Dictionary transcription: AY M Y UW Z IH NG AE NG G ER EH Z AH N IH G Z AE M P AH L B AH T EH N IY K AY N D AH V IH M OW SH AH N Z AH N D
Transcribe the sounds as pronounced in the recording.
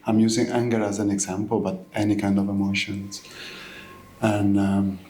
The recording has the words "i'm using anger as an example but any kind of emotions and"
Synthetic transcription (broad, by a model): AY M Y UW Z IH NG AE NG G ER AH Z AH N IH G Z AE M P AH L B AH T EH N IY K AY N D AH V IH M OW SH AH N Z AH N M